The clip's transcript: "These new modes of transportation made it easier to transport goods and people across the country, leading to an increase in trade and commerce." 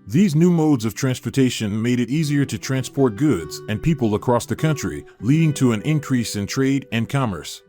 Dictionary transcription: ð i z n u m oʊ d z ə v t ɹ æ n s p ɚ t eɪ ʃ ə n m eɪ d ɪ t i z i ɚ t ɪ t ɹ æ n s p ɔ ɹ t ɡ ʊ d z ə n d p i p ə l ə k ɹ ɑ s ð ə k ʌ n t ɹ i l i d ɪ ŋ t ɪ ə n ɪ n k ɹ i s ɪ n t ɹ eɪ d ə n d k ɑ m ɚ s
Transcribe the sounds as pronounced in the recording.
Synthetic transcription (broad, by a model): ð i z n u m oʊ d z ə v t ɹ æ n s p ɚ t eɪ ʃ ə n m eɪ d ɪ t i z i ɚ t ɪ t ɹ æ n s p ɔ ɹ t ɡ ʊ d z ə n p i p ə l ə k ɹ ɑ s ð ə k ʌ n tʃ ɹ i l i d ɪ ŋ t ɪ ə n ɪ n k ɹ i s ɪ n t ɹ eɪ d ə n k ɑ m ɚ s